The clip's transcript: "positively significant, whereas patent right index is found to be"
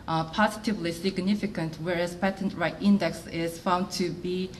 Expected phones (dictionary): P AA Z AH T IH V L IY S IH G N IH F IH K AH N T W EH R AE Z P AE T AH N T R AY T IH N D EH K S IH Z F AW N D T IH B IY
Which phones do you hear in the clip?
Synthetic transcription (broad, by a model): P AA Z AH T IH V L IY S IH G N IH F IH K AH N T W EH R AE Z P AE T AH N T R AY T IH N D EH K S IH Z F AW N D T IH B IY